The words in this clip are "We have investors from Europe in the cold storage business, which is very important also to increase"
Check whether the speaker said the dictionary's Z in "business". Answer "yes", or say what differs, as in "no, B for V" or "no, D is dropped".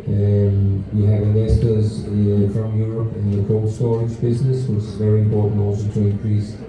yes